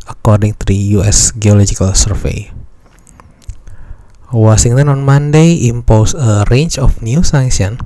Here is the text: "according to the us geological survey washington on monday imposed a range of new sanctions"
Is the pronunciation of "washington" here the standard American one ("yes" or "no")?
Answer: no